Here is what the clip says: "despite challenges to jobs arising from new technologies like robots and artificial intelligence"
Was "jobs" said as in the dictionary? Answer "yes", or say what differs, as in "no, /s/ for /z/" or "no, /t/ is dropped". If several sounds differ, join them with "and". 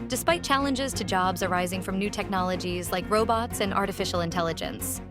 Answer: yes